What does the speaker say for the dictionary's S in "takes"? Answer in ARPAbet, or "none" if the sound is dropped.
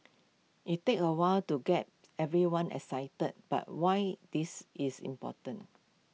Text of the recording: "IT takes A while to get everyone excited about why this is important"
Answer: none